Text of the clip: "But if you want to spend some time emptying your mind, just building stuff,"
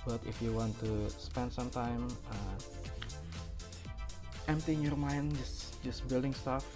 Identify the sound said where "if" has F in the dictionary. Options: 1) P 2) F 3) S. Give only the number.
2